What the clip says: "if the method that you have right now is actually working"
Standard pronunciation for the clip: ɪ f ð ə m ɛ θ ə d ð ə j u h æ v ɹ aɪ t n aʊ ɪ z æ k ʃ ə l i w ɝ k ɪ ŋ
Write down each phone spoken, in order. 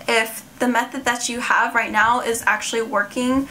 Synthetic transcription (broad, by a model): ɪ f ð ə m ɛ θ ə d ð ə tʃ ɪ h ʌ v ɹ aɪ t n aʊ ɪ z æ k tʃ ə l i w ɝ k ɪ ŋ